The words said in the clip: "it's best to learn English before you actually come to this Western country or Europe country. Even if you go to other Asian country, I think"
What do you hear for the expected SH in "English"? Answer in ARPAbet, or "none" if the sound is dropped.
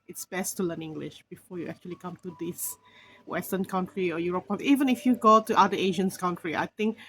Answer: SH